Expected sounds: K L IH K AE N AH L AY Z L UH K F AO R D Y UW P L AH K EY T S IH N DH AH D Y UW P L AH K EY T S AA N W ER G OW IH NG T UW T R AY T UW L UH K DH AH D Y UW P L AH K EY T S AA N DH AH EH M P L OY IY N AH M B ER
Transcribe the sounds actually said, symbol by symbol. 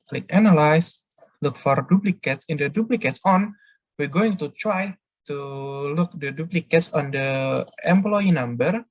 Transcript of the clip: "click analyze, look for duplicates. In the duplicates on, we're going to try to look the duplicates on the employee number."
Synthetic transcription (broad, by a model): L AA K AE N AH L AY S L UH K F AO R D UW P L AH K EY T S IH N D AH D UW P L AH K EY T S AA N W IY G OW IH NG T UW T R AY T UW L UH K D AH D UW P L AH K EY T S AA N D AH EH M P L OY IY N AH M B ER